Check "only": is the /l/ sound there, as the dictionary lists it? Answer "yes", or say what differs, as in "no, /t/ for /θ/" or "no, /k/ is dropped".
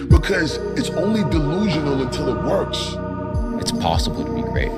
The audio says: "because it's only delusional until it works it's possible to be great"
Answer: yes